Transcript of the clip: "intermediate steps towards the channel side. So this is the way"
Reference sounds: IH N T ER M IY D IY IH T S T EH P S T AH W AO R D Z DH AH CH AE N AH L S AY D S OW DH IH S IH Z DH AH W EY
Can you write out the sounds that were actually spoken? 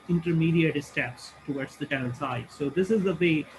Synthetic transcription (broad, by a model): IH N T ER M IY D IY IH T S T EH P S T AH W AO R D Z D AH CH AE L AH N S AY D S OW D IH S IH Z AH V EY